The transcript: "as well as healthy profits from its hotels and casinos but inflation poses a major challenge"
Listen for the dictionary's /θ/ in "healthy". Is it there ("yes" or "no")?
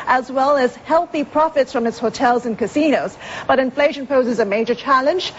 yes